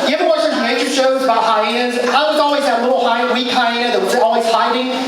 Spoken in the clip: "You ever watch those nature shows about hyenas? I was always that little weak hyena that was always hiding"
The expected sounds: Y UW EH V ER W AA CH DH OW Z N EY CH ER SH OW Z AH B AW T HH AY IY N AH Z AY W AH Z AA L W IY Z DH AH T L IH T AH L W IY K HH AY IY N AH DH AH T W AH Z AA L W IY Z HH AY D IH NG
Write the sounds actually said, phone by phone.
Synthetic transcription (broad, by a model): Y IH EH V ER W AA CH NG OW N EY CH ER SH OW Z AH B AW T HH AY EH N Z AY W AH Z AA L W IY Z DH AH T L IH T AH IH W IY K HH AY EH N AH DH AH T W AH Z AA L W IY Z HH AY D IH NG